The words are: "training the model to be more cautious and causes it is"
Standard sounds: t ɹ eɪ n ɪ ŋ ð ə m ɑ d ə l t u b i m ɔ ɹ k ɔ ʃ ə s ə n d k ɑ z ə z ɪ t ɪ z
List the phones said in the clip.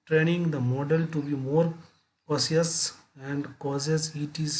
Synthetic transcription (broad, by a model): t ɹ eɪ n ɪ ŋ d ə m ɑ d ə l t u b i m ɔ ɹ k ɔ s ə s ə n d k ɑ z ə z ɪ t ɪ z